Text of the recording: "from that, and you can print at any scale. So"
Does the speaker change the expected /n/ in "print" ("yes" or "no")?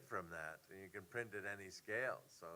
no